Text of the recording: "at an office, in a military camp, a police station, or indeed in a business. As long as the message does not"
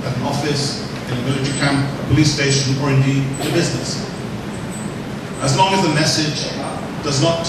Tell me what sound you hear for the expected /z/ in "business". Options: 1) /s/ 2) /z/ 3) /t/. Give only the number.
2